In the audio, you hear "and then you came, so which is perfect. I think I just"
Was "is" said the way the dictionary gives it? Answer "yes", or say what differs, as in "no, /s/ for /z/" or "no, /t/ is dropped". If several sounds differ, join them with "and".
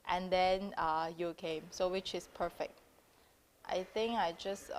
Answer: no, /s/ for /z/